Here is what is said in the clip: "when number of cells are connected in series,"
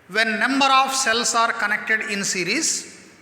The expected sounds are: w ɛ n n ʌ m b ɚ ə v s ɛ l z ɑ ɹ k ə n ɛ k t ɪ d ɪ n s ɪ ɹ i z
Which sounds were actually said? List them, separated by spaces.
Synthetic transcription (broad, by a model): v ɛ n n ʌ m b ɚ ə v s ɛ l s ɑ ɹ k ə n ɛ k t ɪ d ɪ n s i ɹ i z